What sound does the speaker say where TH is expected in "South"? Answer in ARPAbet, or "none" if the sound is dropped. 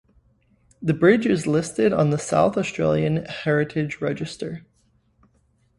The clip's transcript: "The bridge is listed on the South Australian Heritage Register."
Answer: TH